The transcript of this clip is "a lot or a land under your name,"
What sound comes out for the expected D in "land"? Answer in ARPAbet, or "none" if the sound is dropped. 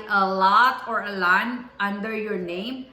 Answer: none